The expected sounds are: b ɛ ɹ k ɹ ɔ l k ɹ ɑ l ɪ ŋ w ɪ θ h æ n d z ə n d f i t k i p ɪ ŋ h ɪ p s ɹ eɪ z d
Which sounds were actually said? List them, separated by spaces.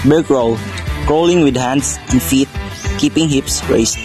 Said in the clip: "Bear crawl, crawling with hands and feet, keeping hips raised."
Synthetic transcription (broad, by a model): b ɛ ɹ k ɹ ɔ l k ɑ l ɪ ŋ w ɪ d h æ n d s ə n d f i t k i p ɪ ŋ h ɪ p s ɹ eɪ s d